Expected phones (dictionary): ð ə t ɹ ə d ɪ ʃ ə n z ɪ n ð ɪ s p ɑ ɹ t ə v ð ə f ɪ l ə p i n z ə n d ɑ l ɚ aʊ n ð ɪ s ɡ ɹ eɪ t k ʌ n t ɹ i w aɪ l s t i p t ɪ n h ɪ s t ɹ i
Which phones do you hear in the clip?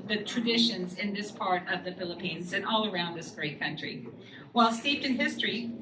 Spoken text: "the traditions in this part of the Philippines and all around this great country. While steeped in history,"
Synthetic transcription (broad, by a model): ð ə t ɹ ə d ɪ ʃ ə n z ɪ n ð ɪ s p ɑ ɹ t ə v ð ə f ɪ l ə p i n z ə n ɑ l ɚ aʊ n ð ɪ s ɡ ɹ eɪ t k ʌ n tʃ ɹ i w aɪ l s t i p t ɪ n h ɪ s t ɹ i